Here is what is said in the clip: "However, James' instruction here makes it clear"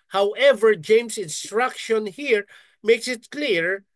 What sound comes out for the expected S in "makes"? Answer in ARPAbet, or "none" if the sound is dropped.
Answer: S